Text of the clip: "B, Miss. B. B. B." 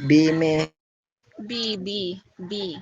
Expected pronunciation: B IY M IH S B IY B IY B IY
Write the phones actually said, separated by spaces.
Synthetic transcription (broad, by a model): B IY M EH B IY B IY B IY